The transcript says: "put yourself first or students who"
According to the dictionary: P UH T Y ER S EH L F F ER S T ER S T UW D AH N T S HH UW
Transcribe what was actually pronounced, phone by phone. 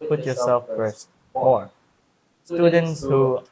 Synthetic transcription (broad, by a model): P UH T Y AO S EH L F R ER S AO S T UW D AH N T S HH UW